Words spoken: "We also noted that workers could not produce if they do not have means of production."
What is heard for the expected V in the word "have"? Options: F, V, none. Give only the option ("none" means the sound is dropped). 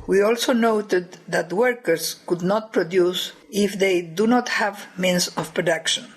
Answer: V